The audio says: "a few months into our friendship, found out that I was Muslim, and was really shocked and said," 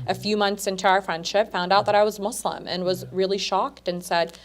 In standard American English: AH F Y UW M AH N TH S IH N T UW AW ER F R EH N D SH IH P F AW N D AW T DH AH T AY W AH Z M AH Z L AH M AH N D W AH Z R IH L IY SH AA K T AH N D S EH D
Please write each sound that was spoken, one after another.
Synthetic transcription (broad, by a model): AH F Y UW M AH N TH S IH N T UW AW ER F R EH N D SH IH P F AW N D AW T DH AH T AY W AH Z M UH S L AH M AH N W AH Z R IH L IY SH AA K T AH N S EH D